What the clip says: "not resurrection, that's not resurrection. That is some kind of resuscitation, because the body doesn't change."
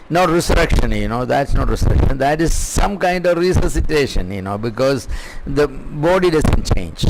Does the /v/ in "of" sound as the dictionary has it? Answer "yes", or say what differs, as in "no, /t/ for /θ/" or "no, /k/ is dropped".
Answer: yes